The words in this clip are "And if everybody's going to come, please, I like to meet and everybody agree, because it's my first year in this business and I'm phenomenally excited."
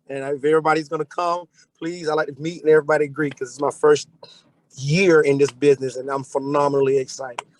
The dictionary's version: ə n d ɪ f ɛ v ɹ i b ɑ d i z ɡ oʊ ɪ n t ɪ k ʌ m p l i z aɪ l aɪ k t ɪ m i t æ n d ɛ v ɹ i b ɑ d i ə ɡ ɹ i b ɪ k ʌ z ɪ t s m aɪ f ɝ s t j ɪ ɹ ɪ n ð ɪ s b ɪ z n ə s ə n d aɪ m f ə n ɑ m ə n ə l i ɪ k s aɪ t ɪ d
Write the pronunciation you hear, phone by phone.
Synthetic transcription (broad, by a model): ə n ɪ f ɛ v ɹ i b ɑ d i z ɡ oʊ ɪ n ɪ k ʌ m p l i z aɪ l aɪ k t ɪ m i t n ɛ v ɹ i b ɑ d i ə ɡ ɹ i k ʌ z ɪ t s m aɪ f ɝ s t j ɪ ɹ ɪ n ð ɪ s b ɪ z n ə s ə n aɪ m f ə n ɑ m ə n l i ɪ k s aɪ t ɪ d